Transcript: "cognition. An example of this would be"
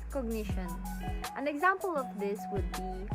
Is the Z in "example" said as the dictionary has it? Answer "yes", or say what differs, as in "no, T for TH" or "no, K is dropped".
yes